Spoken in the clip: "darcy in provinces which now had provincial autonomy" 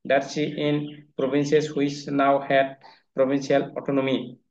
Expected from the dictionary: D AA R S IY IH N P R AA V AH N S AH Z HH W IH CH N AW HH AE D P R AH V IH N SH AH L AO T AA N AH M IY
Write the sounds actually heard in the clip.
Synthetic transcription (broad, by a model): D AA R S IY IH N P R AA B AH N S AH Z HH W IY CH N AW HH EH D P R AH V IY N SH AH L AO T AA N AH M IY